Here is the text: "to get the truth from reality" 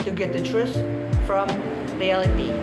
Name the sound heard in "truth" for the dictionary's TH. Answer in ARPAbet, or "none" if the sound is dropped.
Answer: S